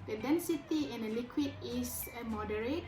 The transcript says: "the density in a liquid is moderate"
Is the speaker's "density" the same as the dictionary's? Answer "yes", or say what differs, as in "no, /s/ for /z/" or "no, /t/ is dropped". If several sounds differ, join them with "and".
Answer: yes